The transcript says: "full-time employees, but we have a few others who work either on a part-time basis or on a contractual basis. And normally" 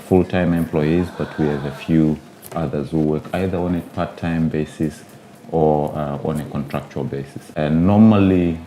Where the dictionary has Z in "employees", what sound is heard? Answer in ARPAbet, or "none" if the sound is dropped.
Z